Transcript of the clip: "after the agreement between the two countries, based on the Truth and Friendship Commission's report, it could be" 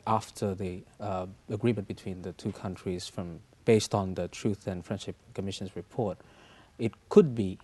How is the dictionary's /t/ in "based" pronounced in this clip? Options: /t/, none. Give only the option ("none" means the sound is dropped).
/t/